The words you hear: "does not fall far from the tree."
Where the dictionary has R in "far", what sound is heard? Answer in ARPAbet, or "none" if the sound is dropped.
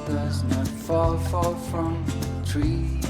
L